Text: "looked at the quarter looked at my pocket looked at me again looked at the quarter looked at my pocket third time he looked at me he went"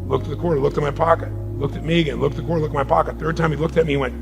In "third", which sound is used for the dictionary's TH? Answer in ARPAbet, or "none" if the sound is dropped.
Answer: TH